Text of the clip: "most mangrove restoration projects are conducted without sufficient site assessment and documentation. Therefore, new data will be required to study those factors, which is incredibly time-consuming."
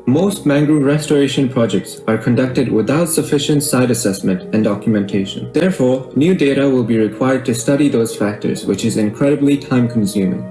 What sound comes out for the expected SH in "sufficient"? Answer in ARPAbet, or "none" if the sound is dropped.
SH